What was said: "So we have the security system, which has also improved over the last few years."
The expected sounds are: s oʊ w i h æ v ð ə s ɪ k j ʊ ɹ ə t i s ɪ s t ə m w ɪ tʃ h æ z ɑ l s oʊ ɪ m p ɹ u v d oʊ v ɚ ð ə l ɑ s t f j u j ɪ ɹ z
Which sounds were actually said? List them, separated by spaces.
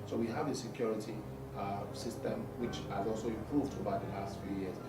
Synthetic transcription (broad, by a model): s oʊ w i h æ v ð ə s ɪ k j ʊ ɹ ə t i s ɪ s t ə m w ɪ tʃ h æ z ɑ l s oʊ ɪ m p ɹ u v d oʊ b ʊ ð ə l ɑ s t f j u j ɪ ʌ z